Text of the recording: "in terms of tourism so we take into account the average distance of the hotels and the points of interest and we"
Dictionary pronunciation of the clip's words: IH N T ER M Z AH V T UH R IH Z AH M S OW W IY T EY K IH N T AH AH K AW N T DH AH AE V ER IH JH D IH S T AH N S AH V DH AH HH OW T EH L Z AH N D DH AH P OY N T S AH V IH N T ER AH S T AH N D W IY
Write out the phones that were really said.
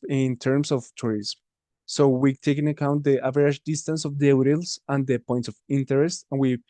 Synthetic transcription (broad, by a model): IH N T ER M S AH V T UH R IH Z M S OW W IY T EY K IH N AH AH K AW N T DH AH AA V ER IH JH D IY S T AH N S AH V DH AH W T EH L S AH N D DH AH P OY N T S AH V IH N T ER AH S T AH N W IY